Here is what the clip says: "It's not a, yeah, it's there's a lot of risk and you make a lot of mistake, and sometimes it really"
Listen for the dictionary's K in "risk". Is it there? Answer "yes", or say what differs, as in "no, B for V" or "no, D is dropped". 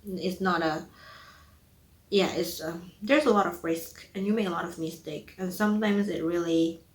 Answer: yes